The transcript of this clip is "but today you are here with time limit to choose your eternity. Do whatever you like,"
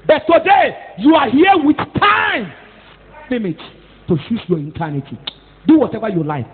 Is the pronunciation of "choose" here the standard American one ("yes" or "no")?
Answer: no